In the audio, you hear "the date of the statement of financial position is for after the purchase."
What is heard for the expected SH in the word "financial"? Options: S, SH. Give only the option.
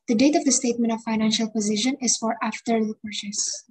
SH